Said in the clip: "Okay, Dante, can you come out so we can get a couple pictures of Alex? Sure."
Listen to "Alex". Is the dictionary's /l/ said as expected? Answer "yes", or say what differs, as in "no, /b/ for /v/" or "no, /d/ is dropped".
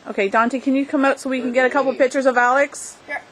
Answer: yes